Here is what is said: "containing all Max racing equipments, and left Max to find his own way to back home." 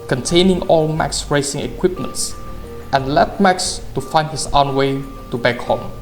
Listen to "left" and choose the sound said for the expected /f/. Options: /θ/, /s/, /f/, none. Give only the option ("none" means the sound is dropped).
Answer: none